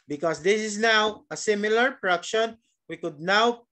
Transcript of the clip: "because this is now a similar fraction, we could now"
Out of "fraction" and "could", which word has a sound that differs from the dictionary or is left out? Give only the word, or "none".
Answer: fraction